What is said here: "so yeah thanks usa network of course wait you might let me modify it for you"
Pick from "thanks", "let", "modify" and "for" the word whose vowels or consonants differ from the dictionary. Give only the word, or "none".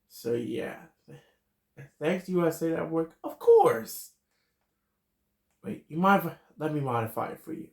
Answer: none